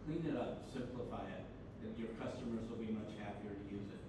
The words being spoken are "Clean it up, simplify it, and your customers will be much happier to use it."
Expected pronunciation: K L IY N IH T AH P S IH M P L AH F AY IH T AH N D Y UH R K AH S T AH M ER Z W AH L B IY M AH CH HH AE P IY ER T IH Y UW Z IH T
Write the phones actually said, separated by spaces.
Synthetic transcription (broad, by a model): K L IY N IH T AH P S IH M P L AH F AY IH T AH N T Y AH R K AH S T AH M ER Z W AH L B IY M AH CH HH AE P IY ER T IH Y UW Z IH T